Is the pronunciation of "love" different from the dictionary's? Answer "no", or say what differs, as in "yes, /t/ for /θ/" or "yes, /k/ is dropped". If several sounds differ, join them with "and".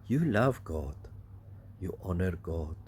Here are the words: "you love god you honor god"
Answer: no